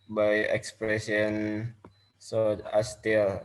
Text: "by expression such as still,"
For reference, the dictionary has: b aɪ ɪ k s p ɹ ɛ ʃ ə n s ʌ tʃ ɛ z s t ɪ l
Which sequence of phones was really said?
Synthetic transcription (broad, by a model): b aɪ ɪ k s p ɹ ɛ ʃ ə n s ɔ ɑ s t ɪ l